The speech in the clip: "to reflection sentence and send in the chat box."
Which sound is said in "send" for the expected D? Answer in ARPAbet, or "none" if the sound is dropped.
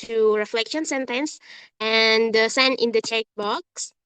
none